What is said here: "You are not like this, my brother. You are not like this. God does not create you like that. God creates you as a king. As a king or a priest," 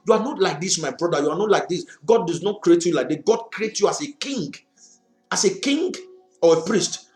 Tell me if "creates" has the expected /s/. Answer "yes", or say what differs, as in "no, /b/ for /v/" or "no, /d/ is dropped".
no, /s/ is dropped